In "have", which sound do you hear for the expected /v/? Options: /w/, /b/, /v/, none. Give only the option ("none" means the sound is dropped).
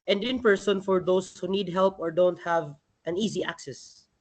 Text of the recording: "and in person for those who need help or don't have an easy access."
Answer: /v/